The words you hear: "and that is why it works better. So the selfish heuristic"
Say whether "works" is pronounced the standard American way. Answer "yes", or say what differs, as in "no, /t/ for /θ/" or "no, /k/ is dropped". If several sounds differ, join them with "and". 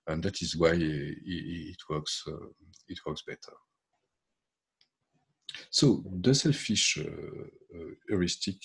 yes